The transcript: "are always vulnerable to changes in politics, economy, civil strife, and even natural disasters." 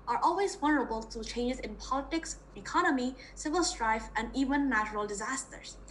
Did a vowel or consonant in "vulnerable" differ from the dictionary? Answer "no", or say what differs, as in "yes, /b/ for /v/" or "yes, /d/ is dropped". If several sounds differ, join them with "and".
yes, /w/ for /v/ and /l/ is dropped